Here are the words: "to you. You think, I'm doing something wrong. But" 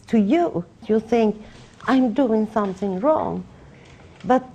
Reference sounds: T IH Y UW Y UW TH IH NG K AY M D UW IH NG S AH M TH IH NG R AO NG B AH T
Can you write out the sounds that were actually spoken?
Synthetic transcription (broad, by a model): T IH Y UW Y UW TH IH NG K AY M D UW IH NG S AH M TH IH NG R AO NG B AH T